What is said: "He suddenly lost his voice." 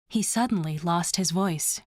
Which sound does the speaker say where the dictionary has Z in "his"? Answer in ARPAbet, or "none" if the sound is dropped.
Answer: Z